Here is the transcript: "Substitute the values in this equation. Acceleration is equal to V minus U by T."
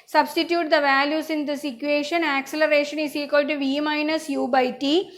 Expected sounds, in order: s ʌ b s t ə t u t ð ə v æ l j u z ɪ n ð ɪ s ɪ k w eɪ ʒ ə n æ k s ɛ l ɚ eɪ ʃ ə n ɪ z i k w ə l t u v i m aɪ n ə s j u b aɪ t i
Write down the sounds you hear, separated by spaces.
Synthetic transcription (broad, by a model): s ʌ b s t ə t u t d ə v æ l j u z ɪ n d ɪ s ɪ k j eɪ ʃ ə n æ k s ɛ l ɚ eɪ ʃ ə n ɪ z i k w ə l t u v i m aɪ n ə s j u b aɪ t i